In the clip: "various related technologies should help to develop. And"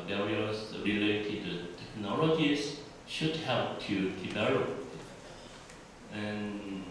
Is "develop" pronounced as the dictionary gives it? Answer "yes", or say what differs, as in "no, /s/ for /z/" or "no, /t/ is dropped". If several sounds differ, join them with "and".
no, /b/ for /v/ and /p/ is dropped